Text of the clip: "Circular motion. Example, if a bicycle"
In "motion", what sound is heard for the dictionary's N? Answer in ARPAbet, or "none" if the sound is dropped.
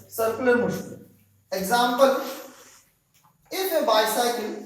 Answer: none